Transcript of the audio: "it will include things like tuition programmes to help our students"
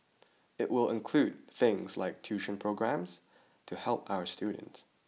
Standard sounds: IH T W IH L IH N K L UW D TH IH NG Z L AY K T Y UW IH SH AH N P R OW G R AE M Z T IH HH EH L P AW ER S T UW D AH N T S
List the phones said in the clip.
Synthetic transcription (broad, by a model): IH T W IH L IH N K L UW D TH IH NG Z L AY K T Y UW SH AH N P R OW G R AE M Z T IH HH EH L P AW ER S T UW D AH N T S